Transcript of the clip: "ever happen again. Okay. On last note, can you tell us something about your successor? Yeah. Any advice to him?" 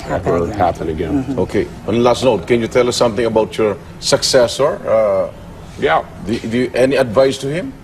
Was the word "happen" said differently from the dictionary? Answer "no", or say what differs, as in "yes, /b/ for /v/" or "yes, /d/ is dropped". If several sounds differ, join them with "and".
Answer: yes, /l/ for /n/